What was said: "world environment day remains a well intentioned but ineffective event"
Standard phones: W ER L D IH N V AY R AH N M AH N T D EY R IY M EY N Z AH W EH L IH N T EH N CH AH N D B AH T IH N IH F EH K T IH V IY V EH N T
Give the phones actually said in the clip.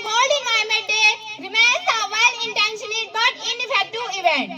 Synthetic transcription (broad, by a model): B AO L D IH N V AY AH M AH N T D EY R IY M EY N S AH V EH L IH N T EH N SH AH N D B AH T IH N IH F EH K T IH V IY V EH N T